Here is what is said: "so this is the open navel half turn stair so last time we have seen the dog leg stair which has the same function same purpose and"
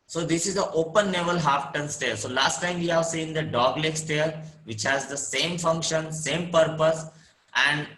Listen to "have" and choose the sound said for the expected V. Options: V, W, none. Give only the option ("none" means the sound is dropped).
V